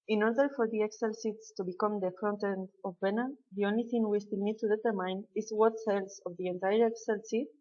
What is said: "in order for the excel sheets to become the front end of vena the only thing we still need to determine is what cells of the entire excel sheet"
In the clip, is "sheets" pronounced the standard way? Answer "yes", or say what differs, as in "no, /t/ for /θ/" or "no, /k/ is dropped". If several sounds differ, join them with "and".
no, /s/ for /ʃ/